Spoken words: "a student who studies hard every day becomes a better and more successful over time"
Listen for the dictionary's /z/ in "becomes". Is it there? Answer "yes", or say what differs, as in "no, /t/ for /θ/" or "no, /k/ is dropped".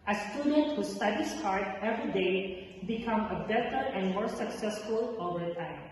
no, /z/ is dropped